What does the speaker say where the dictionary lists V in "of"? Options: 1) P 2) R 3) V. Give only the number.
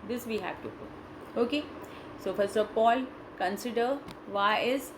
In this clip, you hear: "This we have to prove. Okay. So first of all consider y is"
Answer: 1